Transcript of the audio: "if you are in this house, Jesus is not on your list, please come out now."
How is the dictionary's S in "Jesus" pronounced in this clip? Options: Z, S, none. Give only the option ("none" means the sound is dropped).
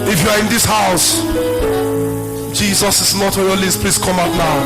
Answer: S